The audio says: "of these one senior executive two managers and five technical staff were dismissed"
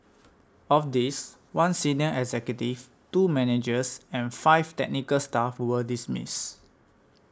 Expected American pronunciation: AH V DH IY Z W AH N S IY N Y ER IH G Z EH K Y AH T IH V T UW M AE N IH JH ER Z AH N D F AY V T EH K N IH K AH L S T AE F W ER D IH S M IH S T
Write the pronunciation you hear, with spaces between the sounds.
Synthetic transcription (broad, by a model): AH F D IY S W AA N S IY N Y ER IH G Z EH K Y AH T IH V T UW M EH N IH JH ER S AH N F AY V T EH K N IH K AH L S T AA F W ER D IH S M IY S